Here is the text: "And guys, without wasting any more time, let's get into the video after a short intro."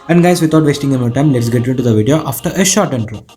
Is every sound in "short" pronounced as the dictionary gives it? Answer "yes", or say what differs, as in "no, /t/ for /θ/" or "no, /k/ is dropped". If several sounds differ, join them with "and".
yes